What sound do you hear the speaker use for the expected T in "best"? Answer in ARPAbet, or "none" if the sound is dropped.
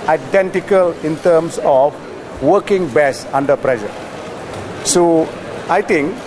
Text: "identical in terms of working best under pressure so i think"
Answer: none